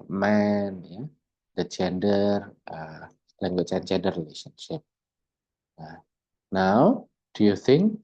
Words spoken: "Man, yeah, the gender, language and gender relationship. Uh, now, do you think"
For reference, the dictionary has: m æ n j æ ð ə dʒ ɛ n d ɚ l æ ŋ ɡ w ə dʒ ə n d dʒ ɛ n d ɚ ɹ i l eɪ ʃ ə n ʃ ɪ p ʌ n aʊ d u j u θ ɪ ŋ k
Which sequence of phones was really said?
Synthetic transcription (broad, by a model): m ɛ n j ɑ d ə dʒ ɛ n d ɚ l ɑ ŋ ɡ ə tʃ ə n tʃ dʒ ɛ n d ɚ ɹ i l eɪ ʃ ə n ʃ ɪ p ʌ n aʊ d u j u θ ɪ ŋ k